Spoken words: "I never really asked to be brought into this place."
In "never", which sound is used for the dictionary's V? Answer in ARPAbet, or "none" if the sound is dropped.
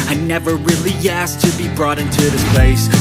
V